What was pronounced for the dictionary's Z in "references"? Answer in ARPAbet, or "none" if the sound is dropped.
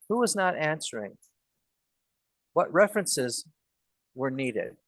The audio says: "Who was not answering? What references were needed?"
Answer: Z